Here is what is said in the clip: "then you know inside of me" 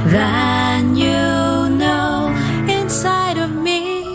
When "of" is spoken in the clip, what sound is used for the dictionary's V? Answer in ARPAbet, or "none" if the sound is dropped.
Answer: V